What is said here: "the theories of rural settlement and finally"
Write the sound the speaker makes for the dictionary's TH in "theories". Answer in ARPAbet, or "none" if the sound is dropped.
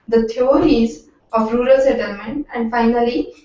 T